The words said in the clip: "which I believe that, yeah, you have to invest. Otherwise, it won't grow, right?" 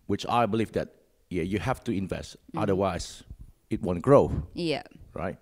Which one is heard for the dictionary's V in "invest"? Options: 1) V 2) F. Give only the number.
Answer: 1